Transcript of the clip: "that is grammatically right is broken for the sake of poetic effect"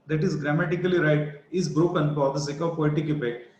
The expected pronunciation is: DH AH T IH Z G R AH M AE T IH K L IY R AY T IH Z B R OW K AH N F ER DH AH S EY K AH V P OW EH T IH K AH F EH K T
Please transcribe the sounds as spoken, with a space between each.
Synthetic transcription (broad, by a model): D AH T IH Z G R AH M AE T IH K L IY R AY T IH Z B R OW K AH N P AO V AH S EY K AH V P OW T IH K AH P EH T